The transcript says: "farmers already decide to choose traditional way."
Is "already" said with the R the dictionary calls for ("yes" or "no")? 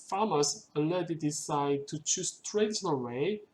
no